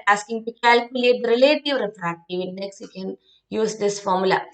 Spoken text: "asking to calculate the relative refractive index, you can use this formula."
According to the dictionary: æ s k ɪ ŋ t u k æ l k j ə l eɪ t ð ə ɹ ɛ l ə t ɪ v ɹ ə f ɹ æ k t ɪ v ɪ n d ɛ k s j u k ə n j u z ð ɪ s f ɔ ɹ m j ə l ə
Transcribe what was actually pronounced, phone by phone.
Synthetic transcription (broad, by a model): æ s k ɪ ŋ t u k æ l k j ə l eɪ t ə ɹ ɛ l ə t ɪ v ɹ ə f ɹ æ t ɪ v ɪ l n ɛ k s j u k ə n j u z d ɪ s f ɔ ɹ m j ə l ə